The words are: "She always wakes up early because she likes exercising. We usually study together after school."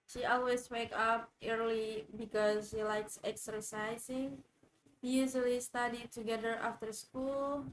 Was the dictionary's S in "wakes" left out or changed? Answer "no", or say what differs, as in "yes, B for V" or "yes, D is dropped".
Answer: yes, S is dropped